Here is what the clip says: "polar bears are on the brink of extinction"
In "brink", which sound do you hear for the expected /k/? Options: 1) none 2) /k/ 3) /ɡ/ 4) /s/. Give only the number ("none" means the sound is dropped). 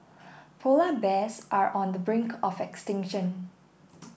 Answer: 2